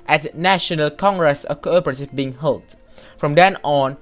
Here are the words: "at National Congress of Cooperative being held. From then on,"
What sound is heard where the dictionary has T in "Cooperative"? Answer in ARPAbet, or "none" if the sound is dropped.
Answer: S